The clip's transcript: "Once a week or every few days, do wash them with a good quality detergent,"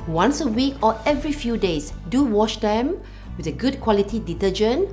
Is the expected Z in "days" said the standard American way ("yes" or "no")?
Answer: no